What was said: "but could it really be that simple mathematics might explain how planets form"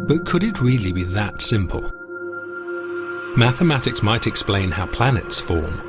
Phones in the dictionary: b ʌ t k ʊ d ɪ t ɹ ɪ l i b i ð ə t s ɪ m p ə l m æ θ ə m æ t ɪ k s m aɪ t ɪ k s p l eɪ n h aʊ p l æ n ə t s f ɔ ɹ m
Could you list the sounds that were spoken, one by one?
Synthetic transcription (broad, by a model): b ʌ t k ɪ d ɪ t ɹ ɪ l i b i ð ə t s ɪ m p ə l m æ θ ə m æ t ɪ k s m aɪ t ɪ k s p l eɪ n h aʊ p l æ n ə t s f ɔ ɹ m